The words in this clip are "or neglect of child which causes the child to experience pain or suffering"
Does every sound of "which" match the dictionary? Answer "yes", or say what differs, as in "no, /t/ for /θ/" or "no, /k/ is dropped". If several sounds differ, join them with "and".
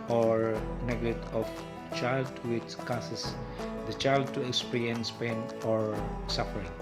no, /s/ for /tʃ/